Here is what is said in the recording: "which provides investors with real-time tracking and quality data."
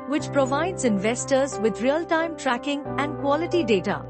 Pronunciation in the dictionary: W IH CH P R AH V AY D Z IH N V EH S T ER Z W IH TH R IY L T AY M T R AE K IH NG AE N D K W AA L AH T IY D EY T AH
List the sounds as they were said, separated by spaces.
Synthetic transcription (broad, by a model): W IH CH P R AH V AY D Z IH N V EH S T ER Z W IH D R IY L T AY M T R AE K IH NG AE N D K W AA L AH T IY D EY T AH